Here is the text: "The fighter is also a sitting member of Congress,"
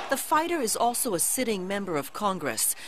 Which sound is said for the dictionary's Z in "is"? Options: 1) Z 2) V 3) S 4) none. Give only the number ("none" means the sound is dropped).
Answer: 1